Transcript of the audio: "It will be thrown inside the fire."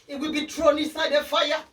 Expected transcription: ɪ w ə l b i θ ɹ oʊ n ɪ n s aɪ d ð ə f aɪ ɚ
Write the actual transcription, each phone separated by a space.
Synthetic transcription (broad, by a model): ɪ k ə b i t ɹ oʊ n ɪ s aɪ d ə f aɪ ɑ